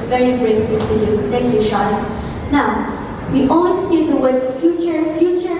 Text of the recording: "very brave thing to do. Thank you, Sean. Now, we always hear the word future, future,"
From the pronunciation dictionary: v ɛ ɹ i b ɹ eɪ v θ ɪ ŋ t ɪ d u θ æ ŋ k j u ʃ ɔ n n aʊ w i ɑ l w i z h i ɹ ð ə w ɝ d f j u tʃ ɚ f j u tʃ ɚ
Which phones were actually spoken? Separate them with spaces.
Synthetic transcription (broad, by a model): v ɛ ɹ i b ɹ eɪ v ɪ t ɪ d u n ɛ k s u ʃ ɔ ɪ n aʊ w i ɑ l w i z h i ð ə w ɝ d f j u tʃ ɚ f j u tʃ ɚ